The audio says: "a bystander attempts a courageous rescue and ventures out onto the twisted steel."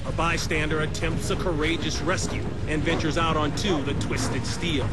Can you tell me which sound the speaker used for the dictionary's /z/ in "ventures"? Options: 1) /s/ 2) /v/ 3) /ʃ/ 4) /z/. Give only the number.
4